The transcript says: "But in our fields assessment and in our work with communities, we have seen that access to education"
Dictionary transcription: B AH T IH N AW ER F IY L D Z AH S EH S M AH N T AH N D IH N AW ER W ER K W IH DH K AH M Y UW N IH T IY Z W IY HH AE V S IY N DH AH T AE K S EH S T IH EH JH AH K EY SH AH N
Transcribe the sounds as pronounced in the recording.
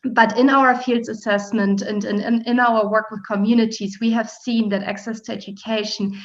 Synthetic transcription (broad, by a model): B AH T IH N AW ER F IY L D Z AH S EH S M AH N T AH N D IH N AW ER W ER K W IH DH K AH M Y UW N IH T IY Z W IY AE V S IY N DH AH T AE K S EH S T IH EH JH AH K EY SH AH N